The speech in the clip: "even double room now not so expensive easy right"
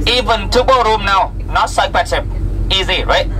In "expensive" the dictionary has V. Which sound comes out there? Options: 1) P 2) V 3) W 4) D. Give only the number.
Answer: 1